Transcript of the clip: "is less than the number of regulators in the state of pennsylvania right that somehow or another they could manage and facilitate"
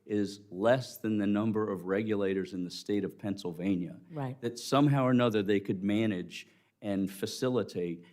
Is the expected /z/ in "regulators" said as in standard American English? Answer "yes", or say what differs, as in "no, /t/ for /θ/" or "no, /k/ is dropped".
yes